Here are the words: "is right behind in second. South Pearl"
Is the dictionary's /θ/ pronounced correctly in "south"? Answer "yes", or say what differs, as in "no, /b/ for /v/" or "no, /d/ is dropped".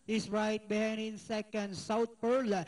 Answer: no, /t/ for /θ/